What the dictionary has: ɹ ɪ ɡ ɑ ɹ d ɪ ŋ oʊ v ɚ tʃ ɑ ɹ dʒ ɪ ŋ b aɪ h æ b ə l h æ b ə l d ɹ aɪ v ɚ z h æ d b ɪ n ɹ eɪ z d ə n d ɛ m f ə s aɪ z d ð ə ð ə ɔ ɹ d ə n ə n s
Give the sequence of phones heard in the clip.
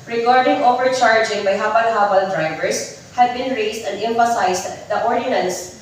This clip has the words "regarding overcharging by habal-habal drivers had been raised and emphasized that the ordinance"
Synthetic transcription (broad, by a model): ɹ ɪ ɡ ɑ ɹ d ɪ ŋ oʊ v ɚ tʃ ɑ ɹ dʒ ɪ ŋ b aɪ h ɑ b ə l h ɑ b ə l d ɹ aɪ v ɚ s h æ d b ɪ n ɹ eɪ s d ə n d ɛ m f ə s aɪ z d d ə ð ɔ ɹ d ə n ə n s